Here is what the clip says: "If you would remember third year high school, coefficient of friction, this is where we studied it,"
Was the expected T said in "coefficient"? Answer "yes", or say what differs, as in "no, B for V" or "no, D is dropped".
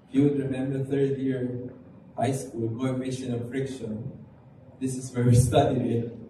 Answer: no, T is dropped